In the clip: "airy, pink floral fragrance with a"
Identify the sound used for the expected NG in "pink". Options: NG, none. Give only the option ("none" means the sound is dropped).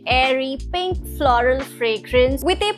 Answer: NG